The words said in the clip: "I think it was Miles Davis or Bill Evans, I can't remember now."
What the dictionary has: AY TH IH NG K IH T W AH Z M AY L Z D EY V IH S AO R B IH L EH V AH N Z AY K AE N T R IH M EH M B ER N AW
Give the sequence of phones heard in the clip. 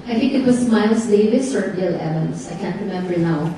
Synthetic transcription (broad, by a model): AY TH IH NG K IH T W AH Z M AY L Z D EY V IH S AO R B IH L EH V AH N S AY K AE N T R IH M EH M B ER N AW